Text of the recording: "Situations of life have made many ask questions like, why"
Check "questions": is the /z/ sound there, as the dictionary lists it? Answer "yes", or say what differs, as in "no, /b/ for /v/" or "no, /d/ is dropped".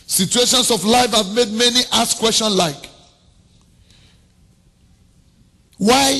no, /s/ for /z/